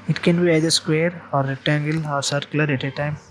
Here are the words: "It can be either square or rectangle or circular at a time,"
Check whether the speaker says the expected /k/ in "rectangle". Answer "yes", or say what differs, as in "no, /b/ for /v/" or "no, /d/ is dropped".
no, /k/ is dropped